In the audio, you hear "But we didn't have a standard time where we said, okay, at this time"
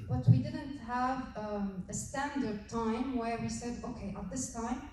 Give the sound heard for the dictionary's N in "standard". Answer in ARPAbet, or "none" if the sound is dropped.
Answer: N